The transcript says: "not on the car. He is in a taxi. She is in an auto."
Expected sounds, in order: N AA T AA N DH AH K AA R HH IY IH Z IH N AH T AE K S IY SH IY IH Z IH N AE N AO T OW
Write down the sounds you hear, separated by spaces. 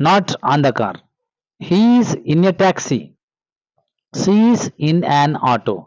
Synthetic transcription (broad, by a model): N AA T AA N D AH K AA R HH IY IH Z IH N AH T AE K S IY S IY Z IH N AE N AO T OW